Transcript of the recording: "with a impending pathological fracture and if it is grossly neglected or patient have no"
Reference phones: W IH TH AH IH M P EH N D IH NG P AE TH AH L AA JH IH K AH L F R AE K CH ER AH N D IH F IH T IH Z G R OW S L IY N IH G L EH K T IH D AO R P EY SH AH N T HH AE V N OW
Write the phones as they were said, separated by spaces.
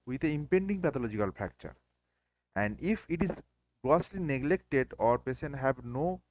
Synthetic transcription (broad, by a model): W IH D AH IH M P EH N D IH NG P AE T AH L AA JH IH K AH L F AE K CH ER AH N D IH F IH T IH Z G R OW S L IY N IH G L EH K T IH D AO R P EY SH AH N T HH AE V N OW